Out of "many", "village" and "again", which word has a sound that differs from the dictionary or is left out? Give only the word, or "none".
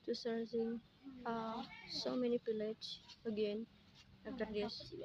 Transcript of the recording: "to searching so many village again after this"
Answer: village